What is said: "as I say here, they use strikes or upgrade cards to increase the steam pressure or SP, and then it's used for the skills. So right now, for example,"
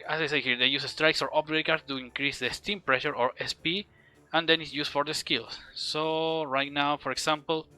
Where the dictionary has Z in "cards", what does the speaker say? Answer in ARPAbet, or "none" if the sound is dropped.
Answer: none